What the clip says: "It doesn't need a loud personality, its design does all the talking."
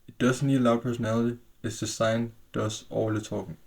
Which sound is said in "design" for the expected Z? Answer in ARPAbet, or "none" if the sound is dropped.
S